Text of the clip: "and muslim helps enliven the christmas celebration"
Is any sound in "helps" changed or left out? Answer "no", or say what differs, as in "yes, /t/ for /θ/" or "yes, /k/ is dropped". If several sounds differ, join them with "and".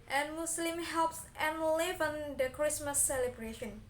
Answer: no